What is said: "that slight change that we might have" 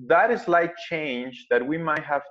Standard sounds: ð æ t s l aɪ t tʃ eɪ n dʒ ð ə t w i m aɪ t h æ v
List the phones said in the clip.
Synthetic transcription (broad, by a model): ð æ t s l aɪ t tʃ eɪ n dʒ ð ə t w i m aɪ t h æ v